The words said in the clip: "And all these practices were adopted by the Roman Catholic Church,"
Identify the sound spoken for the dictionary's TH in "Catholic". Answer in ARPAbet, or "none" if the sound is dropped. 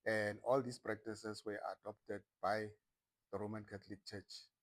T